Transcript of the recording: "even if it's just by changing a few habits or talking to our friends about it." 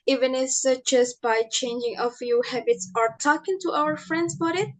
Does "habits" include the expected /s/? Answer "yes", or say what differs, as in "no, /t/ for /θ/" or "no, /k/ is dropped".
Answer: yes